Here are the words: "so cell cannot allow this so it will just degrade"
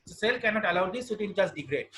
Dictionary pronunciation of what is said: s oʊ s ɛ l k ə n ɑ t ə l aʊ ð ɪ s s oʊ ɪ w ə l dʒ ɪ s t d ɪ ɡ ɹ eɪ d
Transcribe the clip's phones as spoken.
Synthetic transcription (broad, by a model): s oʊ s ɛ l k ə n ɑ t ə l aʊ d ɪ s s ɪ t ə n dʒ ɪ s d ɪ ɡ ɹ eɪ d